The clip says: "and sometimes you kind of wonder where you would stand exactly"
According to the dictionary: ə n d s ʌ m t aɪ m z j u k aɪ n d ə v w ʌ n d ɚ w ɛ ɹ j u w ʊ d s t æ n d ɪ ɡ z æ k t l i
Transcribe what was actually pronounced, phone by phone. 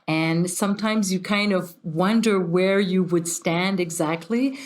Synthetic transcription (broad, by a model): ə n s ʌ m t aɪ m z j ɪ k aɪ n d ə v w ʌ n d ɚ w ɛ ɹ j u w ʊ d s t æ n d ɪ ɡ z æ k t l i